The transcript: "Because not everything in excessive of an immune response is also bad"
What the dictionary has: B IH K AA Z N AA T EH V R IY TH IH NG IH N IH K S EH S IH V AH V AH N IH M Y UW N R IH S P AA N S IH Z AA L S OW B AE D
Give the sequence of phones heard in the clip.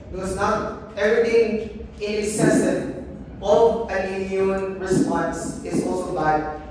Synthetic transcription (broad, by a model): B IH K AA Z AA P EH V R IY T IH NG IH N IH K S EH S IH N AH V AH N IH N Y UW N R IH S P AA N S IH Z AA L S OW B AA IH